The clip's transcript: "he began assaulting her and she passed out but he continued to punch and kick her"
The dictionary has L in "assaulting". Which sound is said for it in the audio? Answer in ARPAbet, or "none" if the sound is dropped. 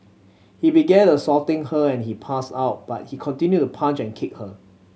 none